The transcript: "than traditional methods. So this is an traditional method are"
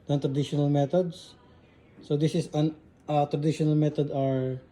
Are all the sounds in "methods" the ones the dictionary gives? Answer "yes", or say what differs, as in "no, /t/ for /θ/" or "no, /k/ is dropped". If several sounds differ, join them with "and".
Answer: no, /t/ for /θ/